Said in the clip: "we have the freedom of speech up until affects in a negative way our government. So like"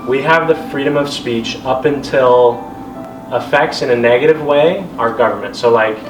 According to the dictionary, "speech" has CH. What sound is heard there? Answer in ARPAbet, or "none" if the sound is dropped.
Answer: CH